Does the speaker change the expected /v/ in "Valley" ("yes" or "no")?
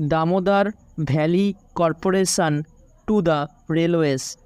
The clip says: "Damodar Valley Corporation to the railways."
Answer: yes